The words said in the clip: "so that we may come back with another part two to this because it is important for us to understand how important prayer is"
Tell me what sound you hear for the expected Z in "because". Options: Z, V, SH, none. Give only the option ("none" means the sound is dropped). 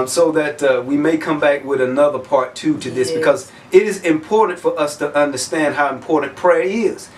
Z